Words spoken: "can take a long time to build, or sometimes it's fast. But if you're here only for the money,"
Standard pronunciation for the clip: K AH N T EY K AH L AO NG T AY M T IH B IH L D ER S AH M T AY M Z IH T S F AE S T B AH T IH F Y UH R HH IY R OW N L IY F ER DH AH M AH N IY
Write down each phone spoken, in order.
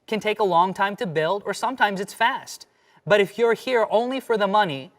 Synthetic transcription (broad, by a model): K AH N T EY K AH L AO NG T AY M T IH B IH L D ER S AH M T AY M Z IH T S F AE S T B AH T IH F Y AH R HH IY R OW N L IY F ER DH AH M AH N IY